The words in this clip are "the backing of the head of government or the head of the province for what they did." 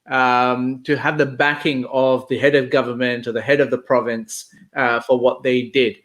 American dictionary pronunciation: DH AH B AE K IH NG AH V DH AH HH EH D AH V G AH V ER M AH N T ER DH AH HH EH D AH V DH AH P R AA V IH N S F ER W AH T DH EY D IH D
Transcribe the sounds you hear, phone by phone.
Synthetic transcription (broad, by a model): DH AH B AE K IH NG AH V DH AH HH EH D AH V G AH V ER M AH N T ER DH AH HH EH D AH V DH AH P R AA V IH N S F ER W AH T DH EY D IH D